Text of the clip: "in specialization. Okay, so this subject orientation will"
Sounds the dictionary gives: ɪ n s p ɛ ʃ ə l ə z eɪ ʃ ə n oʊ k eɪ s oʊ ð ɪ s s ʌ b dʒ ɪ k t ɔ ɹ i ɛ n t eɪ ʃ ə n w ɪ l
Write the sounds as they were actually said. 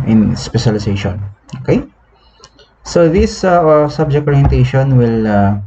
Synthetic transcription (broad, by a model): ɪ n s p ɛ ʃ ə l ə s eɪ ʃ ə n oʊ k eɪ s oʊ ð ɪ s s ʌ b dʒ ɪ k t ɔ ɹ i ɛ n t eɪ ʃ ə n w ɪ l